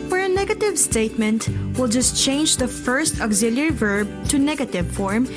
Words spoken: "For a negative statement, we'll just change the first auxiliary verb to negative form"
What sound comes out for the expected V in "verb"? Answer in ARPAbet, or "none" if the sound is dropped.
V